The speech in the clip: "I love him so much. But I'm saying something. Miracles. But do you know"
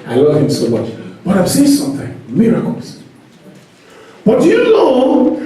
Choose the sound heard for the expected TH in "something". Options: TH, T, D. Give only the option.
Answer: TH